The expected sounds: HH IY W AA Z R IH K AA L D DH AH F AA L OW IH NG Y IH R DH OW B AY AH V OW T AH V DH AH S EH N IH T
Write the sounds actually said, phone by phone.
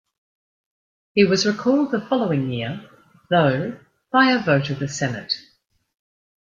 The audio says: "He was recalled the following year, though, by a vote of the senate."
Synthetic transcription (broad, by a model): HH IY W AA Z R IH K AA L D DH AH F AA L OW IH NG Y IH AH DH OW B AY AH V OW T AH V DH AH S EH N IH T